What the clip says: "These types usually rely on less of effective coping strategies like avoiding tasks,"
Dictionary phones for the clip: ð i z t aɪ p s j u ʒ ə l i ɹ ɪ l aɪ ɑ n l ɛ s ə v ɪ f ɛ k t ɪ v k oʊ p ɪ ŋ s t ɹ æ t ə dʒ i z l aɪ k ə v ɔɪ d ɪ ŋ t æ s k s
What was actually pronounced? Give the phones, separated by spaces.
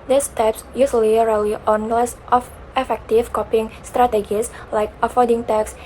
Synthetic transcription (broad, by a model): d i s t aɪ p s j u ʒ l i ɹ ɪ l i ɑ n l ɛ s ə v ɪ f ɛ k t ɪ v k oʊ p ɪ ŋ s t ɹ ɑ t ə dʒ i s l aɪ k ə f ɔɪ d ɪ ŋ t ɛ k s